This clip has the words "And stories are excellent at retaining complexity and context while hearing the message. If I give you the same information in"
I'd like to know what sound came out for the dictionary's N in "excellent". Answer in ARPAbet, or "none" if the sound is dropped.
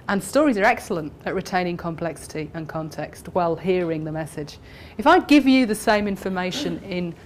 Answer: N